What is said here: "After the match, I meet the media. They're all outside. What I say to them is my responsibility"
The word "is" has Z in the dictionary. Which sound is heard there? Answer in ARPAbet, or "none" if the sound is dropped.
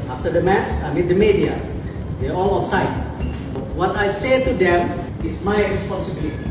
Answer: S